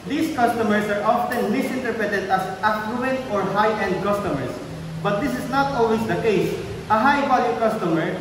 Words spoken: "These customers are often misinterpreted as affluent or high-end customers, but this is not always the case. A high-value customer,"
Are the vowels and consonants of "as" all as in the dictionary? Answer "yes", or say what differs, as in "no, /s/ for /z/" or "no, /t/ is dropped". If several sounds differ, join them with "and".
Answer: no, /s/ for /z/